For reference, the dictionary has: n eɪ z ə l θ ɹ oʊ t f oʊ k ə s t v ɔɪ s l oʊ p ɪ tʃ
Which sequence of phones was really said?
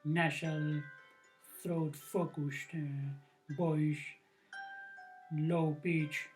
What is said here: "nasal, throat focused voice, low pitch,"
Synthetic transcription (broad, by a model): n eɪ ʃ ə l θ ɹ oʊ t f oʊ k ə ʃ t b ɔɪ ʃ l oʊ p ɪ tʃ